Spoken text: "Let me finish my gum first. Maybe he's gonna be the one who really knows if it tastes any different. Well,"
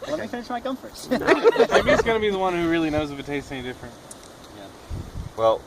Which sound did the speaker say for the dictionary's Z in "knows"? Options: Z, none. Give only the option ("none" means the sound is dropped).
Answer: Z